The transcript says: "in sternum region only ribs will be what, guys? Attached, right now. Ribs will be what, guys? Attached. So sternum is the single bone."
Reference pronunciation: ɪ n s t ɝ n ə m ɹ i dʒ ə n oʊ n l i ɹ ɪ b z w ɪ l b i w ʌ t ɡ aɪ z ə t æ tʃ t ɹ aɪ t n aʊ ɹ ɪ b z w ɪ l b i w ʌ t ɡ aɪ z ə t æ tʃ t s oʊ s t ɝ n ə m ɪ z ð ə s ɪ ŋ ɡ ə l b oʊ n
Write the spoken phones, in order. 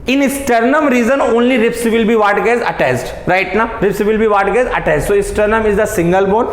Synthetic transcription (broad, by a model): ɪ n s t ɝ n ə m ɹ i z ə n oʊ n l i ɹ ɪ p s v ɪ l b i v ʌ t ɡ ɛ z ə t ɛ s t ɹ aɪ t n aʊ ɹ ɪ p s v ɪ l b i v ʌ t ɡ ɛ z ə t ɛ s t s oʊ s t ɝ n ə m ɪ z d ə s ɪ ŋ ɡ ə l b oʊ n